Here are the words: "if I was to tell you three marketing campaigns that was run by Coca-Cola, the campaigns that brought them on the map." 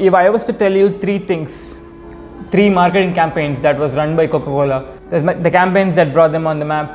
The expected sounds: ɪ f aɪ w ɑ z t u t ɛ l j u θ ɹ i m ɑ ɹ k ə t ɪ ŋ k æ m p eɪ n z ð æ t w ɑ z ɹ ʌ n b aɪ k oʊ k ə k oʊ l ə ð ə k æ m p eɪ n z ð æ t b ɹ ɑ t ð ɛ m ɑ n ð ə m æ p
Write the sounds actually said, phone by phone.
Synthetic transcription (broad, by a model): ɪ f aɪ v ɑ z t u t ɛ l j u s ɹ i m ɑ ɹ k ə t ɪ ŋ k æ m p eɪ n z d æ t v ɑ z ɹ ʌ n b aɪ k oʊ k ə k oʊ l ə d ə k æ m p eɪ n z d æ t b ɹ ɑ t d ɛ m ɑ n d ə m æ p